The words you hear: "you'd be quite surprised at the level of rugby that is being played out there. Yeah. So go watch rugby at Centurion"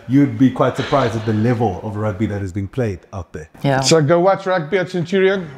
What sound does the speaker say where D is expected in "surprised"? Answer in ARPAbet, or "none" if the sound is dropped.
D